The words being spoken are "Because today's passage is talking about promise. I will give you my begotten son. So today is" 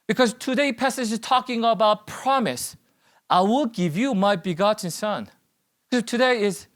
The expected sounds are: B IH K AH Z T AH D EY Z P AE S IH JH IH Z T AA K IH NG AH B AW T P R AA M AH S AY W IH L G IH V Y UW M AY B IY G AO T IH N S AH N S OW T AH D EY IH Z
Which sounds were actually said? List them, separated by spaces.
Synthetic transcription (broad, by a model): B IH K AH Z T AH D EY P AE S IH JH IH Z T AA K IH NG AH B AW T P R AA M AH S AY W IH L G IH V Y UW M AY B IY G AO T IH N S AH N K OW T AH D EY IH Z